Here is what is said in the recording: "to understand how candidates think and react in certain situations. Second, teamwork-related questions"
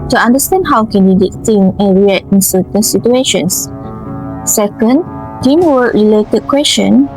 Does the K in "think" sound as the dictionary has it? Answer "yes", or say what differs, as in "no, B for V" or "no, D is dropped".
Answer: no, K is dropped